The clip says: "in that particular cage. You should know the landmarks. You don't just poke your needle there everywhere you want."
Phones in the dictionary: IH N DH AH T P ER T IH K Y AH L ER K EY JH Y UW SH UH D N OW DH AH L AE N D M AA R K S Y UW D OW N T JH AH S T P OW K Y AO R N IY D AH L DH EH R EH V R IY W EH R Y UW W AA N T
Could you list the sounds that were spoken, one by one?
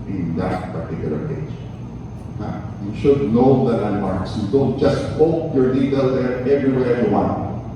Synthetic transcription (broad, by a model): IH N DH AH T P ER T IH K Y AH L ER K EY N Y UW SH UH D N OW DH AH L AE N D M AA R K S Y UW D OW N T JH AH S T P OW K Y AO R L IY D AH L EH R EH V R IY W EH R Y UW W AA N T